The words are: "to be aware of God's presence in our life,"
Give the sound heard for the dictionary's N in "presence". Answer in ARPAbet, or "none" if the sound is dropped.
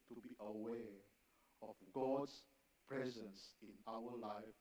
N